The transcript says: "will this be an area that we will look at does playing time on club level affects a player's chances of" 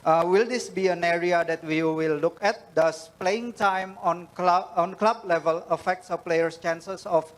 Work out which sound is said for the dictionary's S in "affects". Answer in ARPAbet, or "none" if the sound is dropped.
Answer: S